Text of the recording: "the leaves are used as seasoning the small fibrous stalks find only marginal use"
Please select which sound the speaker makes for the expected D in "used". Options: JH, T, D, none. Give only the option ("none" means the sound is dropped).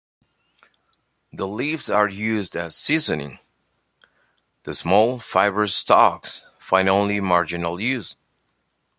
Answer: D